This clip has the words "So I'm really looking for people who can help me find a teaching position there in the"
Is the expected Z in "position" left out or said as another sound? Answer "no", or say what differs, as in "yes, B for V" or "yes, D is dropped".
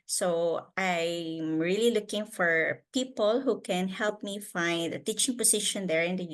yes, S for Z